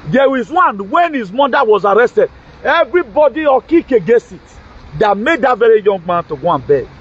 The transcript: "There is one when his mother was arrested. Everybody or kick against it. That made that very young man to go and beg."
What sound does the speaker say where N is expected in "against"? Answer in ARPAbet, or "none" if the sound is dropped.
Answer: none